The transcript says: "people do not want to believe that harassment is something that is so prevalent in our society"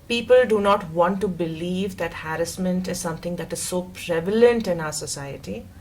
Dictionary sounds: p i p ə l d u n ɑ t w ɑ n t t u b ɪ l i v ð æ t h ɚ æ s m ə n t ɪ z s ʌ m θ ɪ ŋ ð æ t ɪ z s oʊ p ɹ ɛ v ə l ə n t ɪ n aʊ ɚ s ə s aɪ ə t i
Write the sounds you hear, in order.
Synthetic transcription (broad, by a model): p i p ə l d u n ɑ t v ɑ n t t u b ɪ l i v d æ t h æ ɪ s m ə n t ɪ z s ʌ m t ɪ ŋ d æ t ɪ z s oʊ p ɹ ɛ v ə l ə n t ɪ n aʊ ɚ s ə s aɪ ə t i